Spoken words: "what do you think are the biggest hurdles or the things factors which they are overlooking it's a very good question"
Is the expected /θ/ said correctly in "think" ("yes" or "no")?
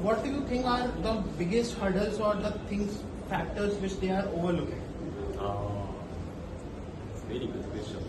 no